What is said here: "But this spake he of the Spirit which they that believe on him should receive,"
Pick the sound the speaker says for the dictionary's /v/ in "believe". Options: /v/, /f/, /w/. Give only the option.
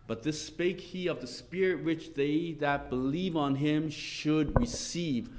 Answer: /v/